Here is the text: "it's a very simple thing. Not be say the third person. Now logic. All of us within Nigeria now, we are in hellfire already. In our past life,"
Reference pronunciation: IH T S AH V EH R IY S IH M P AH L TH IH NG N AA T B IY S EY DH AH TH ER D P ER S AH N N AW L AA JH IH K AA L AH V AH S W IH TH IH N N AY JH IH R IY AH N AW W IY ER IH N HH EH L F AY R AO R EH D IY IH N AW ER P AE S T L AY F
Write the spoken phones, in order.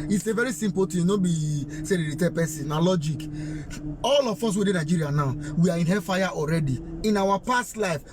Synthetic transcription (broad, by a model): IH T S AH V EH R IY S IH M P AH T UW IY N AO B IY S EY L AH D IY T P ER S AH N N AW L AA JH IH K AA L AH F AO S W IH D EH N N AY JH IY R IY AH N AW W IY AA IH N HH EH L F AY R AO R EH D IY IH N AW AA P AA S T L AY F